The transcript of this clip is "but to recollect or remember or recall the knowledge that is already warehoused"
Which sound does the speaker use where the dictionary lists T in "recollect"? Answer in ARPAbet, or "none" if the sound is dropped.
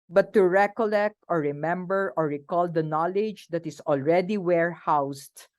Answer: T